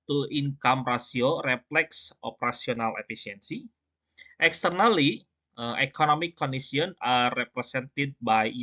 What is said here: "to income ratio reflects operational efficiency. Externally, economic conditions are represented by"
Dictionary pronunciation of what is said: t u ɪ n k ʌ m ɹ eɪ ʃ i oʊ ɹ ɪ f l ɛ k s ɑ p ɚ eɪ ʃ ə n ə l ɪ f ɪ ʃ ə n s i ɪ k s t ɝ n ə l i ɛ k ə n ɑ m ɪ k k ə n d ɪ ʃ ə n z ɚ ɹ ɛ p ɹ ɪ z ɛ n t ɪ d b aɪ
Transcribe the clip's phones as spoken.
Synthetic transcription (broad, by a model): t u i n k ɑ m ɹ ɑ s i oʊ ɹ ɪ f l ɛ k s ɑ p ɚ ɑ s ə n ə l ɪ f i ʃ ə n s i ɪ k s t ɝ n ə l i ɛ k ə n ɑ m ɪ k k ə n d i s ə n ɑ ɹ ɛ p ɹ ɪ s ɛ n t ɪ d b aɪ